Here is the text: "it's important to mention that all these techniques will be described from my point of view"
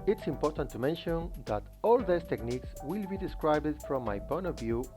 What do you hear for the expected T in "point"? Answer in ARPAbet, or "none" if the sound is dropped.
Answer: none